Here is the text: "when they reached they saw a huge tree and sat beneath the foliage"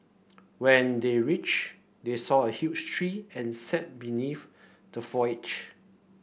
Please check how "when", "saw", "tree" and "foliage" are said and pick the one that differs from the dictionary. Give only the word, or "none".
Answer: foliage